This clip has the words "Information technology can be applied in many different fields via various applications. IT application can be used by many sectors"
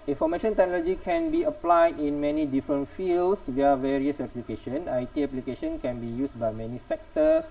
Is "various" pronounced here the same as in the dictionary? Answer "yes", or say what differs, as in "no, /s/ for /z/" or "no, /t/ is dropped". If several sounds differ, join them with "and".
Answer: yes